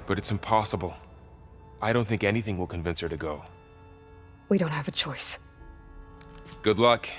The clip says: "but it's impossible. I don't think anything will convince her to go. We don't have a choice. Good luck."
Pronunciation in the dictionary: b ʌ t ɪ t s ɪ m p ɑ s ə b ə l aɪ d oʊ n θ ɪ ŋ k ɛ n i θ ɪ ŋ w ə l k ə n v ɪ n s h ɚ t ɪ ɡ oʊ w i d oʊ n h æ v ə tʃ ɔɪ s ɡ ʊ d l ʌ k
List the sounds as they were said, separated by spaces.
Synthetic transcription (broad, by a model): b ʌ t ɪ t s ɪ m p ɑ s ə b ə l aɪ d oʊ n θ ɪ ŋ k ɛ n i θ ɪ ŋ w ə l k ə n v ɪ n s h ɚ t ɪ ɡ oʊ w i d oʊ n h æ v ə tʃ ɔɪ s ɡ ʊ d l ʌ k